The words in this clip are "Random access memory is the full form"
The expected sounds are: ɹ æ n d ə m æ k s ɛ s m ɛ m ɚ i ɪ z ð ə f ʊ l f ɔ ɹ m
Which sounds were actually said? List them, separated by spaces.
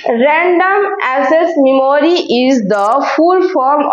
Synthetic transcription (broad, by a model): ɹ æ n d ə m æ s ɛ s m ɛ m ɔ i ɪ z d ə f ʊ l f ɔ ɹ m